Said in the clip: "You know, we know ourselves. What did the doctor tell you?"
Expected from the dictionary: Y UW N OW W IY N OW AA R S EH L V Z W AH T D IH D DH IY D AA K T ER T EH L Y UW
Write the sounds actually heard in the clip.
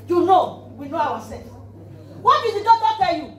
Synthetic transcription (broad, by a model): Y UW N OW W IY N OW AA W S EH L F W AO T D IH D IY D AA T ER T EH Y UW